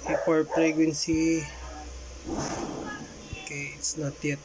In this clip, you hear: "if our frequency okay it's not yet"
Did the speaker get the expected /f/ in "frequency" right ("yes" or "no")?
no